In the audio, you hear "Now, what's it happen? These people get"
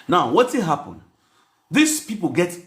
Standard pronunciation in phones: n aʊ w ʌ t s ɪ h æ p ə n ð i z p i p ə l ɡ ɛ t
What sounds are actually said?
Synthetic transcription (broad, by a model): n aʊ w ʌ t ɪ h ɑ p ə n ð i s p i p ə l ɡ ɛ t